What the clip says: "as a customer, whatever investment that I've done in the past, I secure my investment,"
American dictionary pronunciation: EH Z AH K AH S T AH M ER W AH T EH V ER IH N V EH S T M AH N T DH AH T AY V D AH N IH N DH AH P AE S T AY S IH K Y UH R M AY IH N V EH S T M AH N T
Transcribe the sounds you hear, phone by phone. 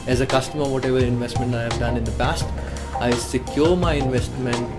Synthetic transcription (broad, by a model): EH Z AH K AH S T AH M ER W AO T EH V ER IH N V EH S T M AH N T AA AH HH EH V D AH N IH N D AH P AE S T AY S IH K Y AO R M AY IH N V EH S T M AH N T